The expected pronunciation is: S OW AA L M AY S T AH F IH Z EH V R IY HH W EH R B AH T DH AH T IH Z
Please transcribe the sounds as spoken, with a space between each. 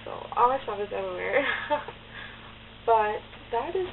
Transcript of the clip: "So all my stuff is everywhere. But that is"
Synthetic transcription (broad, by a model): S OW AA L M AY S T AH IH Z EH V IY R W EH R B AH T DH AH T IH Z